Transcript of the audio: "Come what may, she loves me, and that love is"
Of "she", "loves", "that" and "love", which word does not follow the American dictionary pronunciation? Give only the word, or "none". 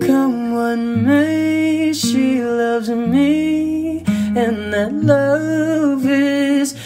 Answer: none